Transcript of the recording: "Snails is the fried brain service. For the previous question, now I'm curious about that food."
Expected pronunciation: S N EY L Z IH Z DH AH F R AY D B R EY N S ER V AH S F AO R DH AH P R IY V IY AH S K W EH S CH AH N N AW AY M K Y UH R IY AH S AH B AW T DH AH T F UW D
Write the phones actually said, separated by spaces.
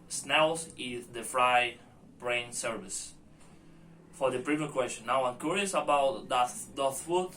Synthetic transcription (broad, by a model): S N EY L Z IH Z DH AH F R AY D B R EY N S ER V AH S F AO R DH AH P R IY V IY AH K W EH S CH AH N N AW AY M K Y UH R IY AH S AH B AW T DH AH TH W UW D